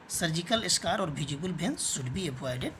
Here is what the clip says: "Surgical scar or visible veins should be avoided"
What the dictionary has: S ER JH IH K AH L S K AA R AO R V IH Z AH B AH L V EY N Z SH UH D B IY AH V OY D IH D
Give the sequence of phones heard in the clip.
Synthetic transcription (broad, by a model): S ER JH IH K AH L S K AA R AO R B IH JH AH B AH L B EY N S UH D B IY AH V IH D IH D